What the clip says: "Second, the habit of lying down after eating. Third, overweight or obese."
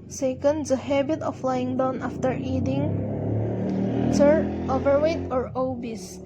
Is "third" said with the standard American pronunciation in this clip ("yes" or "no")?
no